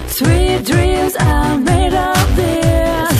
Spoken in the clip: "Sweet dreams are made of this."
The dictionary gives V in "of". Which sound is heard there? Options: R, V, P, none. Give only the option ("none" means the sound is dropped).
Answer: P